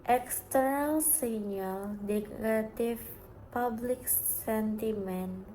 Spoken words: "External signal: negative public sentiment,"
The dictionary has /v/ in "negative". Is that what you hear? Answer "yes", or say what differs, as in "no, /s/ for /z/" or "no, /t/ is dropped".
no, /f/ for /v/